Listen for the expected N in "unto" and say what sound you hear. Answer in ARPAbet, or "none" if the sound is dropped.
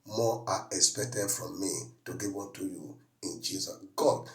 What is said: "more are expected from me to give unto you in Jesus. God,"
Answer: none